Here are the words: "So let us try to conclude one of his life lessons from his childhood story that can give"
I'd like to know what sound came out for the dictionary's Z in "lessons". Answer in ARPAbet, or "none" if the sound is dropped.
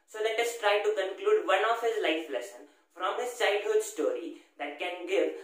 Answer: none